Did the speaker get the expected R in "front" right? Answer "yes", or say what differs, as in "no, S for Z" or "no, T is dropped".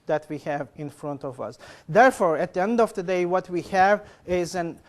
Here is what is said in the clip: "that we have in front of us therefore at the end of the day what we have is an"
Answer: yes